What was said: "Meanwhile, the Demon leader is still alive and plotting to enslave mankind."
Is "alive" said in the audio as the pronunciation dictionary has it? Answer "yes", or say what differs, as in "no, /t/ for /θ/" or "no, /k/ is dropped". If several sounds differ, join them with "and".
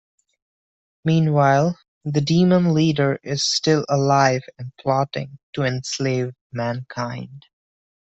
yes